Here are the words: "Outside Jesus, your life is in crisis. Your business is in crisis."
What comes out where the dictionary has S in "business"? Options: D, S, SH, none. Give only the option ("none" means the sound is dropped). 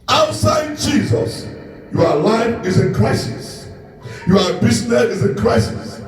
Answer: none